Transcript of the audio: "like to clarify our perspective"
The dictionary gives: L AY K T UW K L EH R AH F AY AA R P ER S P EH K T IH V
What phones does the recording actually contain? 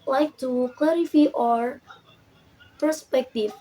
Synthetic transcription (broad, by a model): L AY K T UW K L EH R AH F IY AA R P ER S P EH K T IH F